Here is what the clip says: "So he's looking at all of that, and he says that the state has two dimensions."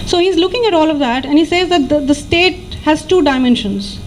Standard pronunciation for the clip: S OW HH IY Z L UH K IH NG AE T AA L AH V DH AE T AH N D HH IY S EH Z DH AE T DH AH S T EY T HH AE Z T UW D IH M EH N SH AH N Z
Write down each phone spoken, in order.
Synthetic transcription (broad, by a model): S OW HH IY Z L UH K IH NG AE T AA L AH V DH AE T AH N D HH IY S EH Z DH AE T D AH S T EY T HH AE Z T UW D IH M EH N SH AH N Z